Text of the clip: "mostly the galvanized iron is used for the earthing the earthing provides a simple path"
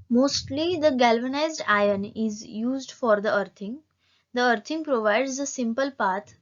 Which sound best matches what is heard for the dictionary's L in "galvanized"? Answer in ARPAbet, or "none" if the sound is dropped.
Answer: L